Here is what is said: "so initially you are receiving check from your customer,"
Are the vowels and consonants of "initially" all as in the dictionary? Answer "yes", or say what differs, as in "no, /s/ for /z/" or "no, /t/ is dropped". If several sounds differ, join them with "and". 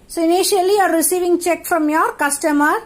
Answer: no, /l/ is dropped